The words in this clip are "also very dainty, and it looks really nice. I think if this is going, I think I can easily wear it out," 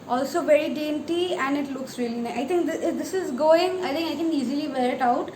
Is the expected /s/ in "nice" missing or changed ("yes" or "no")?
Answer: yes